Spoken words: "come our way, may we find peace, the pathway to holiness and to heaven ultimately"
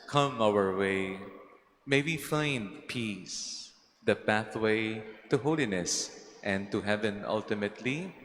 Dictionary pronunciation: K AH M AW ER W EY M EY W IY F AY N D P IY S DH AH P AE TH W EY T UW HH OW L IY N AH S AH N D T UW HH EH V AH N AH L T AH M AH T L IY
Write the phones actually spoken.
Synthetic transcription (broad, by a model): K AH M AW ER W EY M EY W IY F AY N D P IY S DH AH P AE TH W EY T UW HH OW L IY N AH S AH N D T UW HH EH V AH N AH L T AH M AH T L IY